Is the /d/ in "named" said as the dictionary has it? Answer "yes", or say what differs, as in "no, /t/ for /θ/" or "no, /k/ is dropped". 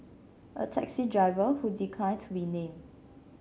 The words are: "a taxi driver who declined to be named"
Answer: no, /d/ is dropped